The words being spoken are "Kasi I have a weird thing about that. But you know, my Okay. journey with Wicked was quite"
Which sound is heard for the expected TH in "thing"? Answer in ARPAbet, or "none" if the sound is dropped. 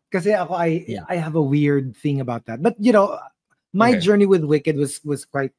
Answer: TH